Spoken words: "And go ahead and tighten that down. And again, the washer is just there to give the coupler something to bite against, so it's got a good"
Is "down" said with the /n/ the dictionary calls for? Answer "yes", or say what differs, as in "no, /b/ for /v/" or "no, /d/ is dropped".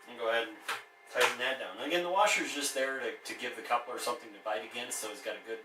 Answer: no, /n/ is dropped